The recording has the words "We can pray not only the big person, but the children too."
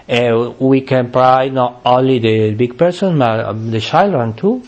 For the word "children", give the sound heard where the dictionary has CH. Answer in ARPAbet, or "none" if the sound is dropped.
SH